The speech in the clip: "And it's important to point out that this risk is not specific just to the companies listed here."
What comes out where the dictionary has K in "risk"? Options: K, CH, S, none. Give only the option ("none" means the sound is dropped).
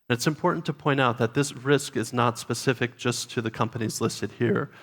K